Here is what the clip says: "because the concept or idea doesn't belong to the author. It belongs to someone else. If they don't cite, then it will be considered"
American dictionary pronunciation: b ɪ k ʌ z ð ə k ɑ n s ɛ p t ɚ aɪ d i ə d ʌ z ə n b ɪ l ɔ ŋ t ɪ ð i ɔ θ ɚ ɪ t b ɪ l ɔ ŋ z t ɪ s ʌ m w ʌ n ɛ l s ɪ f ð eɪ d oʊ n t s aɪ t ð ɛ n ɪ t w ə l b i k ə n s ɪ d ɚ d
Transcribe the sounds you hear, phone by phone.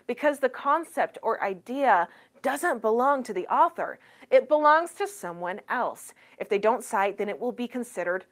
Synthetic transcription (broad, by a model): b ɪ k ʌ z ð ə k ɑ n s ɛ p t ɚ aɪ d i ə d ʌ z ə n b ɪ l ɔ ŋ t ɪ ð i ɔ θ ɚ ɪ t b ɪ l ɔ ŋ z t ɪ s ʌ m w ʌ n ɛ l s ɪ f ð eɪ d oʊ n t s aɪ t ð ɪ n ɪ t w ə l b i k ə n s ɪ d ɚ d